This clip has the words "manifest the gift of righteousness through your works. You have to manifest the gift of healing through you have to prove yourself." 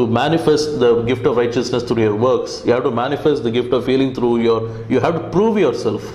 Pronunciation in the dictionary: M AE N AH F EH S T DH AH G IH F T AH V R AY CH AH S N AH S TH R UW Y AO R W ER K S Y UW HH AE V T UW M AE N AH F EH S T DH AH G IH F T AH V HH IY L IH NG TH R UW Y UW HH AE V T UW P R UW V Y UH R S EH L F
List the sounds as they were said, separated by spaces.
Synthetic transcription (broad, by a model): M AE N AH F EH S T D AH G IH F T AH V R AY CH AH S N AH S T R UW Y AO R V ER K S Y UW HH AE V T UW M AE N AH F EH S T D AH G IH F T AH V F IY L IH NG T R UW Y UW HH AE V T UW P R UW V Y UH R S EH L F